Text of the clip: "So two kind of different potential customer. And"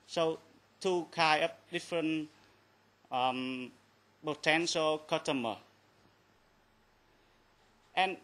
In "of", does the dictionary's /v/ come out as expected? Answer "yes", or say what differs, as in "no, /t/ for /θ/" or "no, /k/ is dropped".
no, /p/ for /v/